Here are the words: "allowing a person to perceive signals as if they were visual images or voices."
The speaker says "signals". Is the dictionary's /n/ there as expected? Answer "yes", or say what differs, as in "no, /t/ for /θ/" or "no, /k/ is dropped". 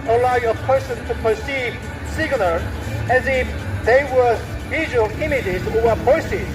no, /l/ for /n/